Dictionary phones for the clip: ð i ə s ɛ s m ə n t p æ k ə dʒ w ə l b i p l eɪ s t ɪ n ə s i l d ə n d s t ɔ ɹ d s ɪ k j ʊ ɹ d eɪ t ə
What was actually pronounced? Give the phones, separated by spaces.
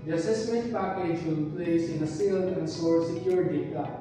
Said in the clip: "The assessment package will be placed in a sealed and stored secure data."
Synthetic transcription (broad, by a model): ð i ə s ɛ s m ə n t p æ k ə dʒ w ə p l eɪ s ɪ n ə s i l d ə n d s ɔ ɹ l s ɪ k j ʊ ɹ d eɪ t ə